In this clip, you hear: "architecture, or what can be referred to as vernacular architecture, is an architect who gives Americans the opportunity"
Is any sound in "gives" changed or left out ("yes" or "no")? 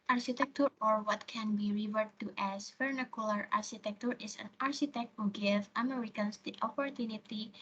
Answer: yes